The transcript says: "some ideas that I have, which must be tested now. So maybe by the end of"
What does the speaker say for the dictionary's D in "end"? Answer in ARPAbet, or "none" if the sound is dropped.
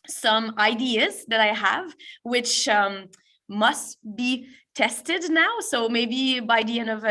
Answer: none